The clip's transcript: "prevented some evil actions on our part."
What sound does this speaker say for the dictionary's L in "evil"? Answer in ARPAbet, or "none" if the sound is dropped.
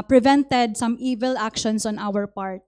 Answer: L